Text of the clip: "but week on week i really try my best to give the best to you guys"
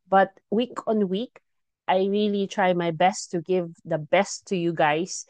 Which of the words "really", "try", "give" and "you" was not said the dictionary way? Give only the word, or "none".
none